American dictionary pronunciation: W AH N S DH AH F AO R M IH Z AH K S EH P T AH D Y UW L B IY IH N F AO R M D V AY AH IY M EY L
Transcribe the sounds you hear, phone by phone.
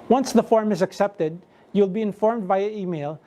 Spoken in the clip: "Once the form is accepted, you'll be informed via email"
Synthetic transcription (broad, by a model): W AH N S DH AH F AO R M IH Z AH K S EH P T AH D Y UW L B IY IH N F AO R M D B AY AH IY M EY L